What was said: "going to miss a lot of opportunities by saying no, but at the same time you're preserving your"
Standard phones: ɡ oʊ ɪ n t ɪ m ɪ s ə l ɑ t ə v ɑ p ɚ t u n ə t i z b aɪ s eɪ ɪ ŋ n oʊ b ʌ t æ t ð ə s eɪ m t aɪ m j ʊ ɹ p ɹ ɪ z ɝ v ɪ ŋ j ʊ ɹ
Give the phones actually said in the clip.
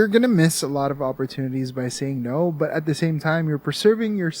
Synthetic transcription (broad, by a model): ɡ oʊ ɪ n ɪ m ɪ s ə l ɑ t ə v ɑ p ɚ t u n ə t i z b aɪ s eɪ ɪ ŋ n oʊ b ʌ t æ t ð ə s eɪ m t aɪ m j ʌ ɹ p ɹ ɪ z ɝ v ɪ ŋ j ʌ ɹ